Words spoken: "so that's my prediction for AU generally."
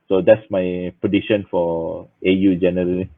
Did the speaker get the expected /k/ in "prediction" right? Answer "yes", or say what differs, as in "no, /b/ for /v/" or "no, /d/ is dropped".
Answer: no, /k/ is dropped